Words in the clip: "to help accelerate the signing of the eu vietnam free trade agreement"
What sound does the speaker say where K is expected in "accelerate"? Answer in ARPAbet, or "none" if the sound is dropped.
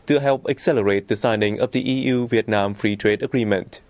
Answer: K